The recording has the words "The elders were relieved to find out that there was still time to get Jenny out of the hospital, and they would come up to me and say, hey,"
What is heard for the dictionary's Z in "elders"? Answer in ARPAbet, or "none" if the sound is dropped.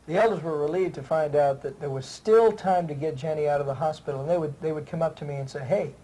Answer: Z